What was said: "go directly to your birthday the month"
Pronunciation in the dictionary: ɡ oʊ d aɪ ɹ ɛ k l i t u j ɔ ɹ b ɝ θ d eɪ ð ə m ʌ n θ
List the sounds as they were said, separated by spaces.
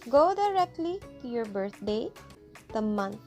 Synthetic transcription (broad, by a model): ɡ oʊ d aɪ ɹ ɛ k l i t u j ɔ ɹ b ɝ t d eɪ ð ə m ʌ n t